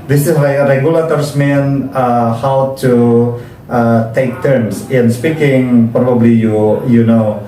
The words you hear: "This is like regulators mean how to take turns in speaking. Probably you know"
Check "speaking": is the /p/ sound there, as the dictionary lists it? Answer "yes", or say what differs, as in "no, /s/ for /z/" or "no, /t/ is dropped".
yes